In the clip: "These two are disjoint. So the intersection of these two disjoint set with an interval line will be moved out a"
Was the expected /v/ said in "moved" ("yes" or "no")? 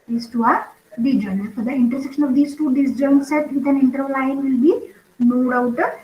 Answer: no